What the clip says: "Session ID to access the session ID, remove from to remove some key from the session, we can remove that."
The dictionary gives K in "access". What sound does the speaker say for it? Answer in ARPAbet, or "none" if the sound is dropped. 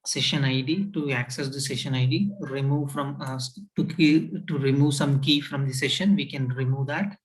K